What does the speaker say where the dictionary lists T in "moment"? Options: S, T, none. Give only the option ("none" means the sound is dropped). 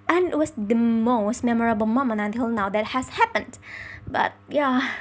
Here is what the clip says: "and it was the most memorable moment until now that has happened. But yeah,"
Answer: none